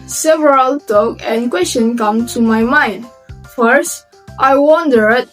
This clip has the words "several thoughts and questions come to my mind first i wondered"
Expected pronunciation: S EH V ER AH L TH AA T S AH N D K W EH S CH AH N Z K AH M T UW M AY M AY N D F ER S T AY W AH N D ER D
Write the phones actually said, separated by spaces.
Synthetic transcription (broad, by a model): S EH V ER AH L T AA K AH N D K W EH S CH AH N K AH M T UW M AY M AY N D F ER S T AY W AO N D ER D